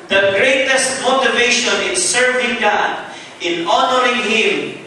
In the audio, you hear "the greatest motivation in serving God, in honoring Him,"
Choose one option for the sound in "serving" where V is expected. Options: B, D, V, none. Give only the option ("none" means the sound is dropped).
V